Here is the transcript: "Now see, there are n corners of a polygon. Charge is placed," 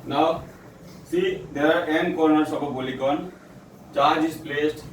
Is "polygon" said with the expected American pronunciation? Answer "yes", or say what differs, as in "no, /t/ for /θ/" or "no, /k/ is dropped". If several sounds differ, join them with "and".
no, /b/ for /p/